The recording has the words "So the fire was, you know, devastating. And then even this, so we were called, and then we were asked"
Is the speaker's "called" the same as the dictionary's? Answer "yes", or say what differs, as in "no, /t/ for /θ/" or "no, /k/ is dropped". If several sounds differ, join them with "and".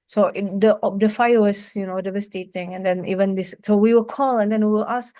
no, /d/ is dropped